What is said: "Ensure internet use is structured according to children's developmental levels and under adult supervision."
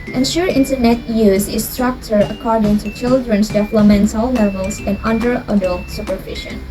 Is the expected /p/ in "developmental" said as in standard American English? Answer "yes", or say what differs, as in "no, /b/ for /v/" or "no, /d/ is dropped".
no, /p/ is dropped